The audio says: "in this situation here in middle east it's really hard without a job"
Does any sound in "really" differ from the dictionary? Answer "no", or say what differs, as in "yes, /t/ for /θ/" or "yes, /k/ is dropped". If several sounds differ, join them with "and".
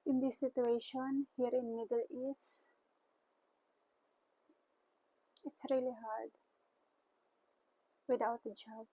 no